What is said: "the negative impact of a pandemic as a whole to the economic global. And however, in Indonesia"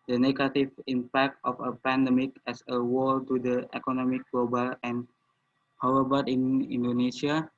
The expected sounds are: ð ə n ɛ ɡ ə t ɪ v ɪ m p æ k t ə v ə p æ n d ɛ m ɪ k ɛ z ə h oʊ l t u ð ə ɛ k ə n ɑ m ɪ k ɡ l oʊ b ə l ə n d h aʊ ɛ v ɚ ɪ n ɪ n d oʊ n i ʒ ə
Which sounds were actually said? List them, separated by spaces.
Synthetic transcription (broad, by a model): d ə n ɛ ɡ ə t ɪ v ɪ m p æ k t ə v ə p æ n d ɛ m ɪ k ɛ s ə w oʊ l t u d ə ɛ k ə n ɑ m ɪ k ɡ l oʊ b ə l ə n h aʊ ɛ b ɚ ɪ n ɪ n d oʊ n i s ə